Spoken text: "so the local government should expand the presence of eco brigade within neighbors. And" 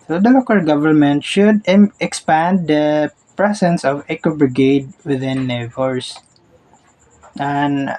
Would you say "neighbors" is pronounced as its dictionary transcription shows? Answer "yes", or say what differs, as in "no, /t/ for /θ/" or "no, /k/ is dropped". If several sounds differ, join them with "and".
no, /s/ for /z/